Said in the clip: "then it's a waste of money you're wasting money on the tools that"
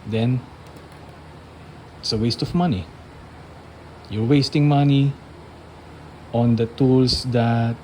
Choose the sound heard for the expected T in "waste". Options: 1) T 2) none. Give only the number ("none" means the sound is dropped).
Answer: 1